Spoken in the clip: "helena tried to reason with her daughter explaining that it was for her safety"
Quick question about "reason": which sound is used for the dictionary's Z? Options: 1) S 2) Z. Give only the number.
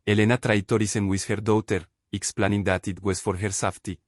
1